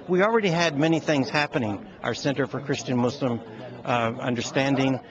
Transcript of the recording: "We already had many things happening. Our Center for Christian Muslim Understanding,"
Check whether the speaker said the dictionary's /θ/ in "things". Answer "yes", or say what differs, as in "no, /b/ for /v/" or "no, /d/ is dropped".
yes